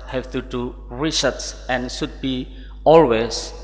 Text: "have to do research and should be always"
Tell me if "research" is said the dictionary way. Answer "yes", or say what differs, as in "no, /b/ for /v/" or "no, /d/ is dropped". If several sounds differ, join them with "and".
no, /s/ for /tʃ/